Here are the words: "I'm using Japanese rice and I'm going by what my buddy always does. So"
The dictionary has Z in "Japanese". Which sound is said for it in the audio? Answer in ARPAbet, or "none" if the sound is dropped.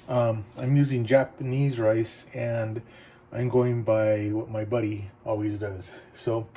Z